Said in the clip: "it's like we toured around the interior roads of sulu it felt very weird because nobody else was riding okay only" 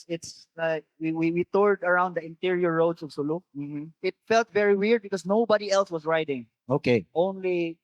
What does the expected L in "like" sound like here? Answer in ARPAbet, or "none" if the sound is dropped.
W